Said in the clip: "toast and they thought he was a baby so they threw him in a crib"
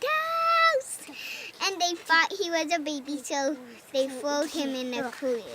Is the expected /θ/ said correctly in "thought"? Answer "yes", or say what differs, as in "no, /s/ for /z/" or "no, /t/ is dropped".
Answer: no, /f/ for /θ/